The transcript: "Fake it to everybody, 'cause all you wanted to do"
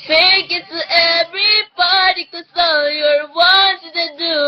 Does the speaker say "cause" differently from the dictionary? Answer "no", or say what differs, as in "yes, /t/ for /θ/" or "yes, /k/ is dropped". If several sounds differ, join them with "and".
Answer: yes, /s/ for /z/